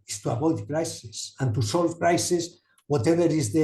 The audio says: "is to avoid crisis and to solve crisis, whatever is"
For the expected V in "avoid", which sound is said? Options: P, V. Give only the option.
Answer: P